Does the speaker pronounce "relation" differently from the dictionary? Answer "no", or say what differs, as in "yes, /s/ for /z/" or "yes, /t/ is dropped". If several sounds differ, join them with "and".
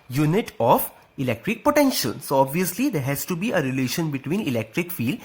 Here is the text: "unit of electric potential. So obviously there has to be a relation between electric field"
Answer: no